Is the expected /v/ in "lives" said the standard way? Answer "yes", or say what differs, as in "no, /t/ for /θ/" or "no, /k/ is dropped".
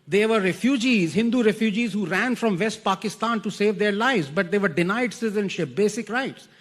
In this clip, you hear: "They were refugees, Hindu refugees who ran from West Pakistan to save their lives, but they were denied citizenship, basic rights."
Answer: yes